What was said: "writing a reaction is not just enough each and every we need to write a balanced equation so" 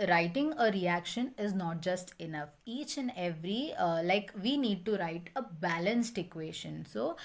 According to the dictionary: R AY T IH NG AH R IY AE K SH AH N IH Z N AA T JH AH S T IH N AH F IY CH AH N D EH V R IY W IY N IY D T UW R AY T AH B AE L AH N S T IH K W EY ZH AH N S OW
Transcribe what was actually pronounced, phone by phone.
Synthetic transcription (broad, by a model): R AY T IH NG AH R IY AE K SH AH N IH Z N AA T JH AH S T IH N AH F IY CH AH N D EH V R IY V IY N IY D T UW R AY T AH B AE L AH N S T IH K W EY SH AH N S OW